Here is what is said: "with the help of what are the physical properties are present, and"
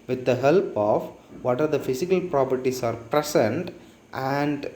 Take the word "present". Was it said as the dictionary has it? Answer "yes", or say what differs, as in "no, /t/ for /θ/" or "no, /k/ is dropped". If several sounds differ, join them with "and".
no, /s/ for /z/